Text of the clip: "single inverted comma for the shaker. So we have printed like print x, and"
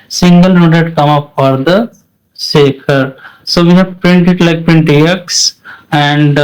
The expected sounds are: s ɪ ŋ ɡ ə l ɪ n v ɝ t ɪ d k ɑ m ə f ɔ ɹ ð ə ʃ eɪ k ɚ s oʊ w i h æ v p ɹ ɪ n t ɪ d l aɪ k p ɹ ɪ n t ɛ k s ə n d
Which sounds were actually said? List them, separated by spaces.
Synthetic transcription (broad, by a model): s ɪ ŋ ɡ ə l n ɔ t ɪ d k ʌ m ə f ɔ ɹ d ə s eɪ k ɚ s oʊ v i h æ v p ɹ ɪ n t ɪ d l aɪ k p ɹ ɪ n t ɛ k s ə n d